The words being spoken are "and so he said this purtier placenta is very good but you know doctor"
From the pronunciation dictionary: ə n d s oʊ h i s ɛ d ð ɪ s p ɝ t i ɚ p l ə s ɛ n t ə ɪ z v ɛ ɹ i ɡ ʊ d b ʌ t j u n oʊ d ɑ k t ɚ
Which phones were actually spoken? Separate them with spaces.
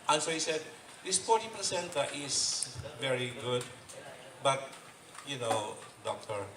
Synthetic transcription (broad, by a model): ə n s oʊ h i s ɛ d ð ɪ s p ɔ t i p ə s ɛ n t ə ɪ s v ɛ ɹ i ɡ ʊ d b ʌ t j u n oʊ d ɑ k t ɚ